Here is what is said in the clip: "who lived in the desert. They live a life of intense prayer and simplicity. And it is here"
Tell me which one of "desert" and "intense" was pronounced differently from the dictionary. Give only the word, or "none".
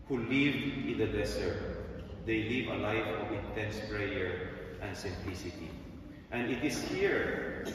desert